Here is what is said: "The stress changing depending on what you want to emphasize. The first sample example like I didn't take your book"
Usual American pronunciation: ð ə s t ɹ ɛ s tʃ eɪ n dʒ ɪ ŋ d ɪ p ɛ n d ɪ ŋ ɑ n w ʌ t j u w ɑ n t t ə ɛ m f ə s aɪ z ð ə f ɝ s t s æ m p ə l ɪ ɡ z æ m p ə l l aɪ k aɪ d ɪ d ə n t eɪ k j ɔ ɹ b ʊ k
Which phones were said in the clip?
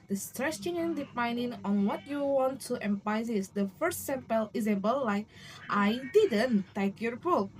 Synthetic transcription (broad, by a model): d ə s t ɹ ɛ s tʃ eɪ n ɪ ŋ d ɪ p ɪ n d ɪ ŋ ɑ n w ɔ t j u w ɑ n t t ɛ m p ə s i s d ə f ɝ s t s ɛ m p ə l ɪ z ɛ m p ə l l aɪ k aɪ d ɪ d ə n t eɪ k j ɔ ɹ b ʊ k